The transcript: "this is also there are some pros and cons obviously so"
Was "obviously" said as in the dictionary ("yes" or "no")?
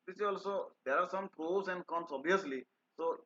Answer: no